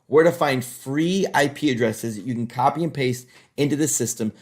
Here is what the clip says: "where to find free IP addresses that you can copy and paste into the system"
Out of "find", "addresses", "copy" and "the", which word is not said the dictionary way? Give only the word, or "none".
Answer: none